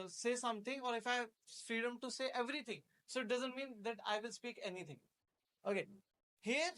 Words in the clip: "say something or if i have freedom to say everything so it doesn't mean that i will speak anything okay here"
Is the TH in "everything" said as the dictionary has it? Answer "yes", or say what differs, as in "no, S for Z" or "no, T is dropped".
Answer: no, T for TH